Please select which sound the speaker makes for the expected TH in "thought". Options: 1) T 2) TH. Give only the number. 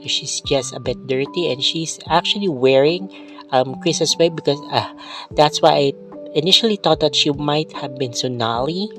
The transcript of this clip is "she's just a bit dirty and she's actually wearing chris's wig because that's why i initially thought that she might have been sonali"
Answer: 1